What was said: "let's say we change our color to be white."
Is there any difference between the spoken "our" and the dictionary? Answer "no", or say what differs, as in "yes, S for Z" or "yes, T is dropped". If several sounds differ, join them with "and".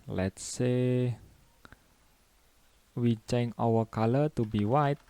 yes, W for R